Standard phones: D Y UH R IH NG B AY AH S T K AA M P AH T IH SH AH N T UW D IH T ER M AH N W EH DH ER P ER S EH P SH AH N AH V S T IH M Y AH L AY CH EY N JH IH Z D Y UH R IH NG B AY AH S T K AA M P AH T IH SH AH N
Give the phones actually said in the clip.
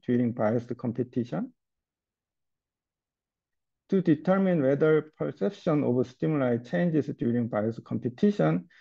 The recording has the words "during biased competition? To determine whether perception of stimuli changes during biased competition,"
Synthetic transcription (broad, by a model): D Y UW R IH NG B AY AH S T K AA M P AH T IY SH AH N T UW D IH T ER M AH N W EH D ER P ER S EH P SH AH N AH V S T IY M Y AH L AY CH EY N JH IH S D Y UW R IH NG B AY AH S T K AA M P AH T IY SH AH N